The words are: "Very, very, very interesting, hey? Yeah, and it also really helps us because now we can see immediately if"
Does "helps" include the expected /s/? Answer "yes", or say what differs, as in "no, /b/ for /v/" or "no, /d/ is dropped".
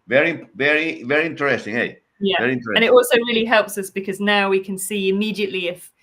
yes